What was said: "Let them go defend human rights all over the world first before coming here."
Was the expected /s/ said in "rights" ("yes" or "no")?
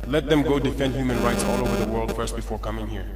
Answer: yes